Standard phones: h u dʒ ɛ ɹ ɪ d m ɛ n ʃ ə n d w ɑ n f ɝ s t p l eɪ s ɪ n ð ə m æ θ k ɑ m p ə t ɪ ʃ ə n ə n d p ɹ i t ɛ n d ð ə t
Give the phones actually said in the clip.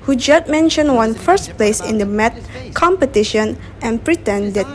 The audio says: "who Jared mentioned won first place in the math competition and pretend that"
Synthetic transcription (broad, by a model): h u dʒ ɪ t m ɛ n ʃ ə n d w ɑ n f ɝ s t p l eɪ s ɪ n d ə m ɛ t k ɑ m p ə t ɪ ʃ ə n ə n p ɹ i t ɛ n d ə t